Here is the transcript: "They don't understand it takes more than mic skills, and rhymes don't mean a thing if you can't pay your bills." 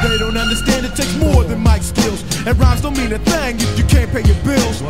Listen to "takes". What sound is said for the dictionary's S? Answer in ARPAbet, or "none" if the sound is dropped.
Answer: none